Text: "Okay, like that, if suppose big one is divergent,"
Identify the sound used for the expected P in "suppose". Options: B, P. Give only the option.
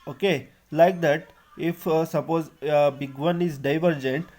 P